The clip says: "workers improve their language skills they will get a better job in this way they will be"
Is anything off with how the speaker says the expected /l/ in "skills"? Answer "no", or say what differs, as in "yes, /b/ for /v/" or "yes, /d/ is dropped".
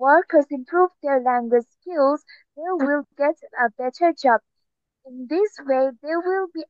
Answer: no